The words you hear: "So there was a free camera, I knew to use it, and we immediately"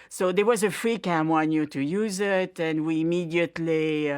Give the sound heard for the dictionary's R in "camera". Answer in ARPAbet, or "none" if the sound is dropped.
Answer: W